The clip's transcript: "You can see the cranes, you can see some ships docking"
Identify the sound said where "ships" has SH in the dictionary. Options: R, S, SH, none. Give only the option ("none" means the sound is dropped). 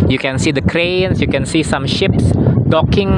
SH